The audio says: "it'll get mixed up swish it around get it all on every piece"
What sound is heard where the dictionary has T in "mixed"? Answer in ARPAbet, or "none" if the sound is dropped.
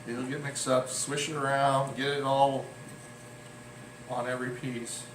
none